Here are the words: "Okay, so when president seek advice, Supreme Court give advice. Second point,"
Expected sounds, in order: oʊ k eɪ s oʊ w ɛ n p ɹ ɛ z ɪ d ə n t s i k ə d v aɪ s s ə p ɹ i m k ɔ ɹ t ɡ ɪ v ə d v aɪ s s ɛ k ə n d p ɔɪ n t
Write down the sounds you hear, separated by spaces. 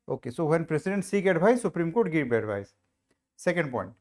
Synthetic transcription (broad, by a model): oʊ k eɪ s oʊ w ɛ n p ɹ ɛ s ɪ d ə n t s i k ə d b aɪ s s ə p ɹ i m k ɔ ɹ t ɡ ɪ b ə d b aɪ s s ɛ k ə n d p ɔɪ n t